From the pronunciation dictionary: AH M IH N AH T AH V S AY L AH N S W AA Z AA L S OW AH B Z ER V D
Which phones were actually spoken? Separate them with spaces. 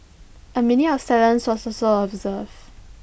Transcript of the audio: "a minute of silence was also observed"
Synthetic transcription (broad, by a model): AH M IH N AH AH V S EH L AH N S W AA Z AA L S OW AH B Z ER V